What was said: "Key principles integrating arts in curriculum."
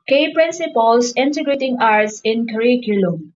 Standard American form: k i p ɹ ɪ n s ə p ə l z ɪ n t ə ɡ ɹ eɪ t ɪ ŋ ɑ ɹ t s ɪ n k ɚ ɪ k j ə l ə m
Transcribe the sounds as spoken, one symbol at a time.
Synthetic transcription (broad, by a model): k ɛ p ɹ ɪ n s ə p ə l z ɪ n t ə ɡ ɹ eɪ t ɪ ŋ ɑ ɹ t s ɪ n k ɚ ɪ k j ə l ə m